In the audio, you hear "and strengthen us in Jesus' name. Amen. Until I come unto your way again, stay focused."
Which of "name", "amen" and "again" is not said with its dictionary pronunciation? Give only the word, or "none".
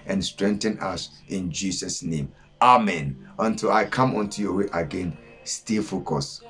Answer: none